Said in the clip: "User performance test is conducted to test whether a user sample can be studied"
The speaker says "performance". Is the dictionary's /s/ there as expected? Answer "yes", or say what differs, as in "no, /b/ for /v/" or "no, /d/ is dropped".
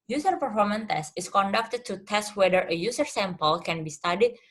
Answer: no, /s/ is dropped